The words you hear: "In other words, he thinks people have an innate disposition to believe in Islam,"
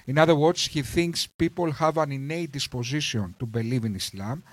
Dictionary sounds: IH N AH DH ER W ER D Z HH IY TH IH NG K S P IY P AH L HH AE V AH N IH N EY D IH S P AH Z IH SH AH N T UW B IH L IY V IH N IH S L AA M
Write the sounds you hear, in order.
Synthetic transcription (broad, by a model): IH N AH DH ER W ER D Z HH IY TH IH NG K S P IY P AH L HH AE V AH N IH N EY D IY S P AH Z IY S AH N T UW B IH L IY V IH N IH S L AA M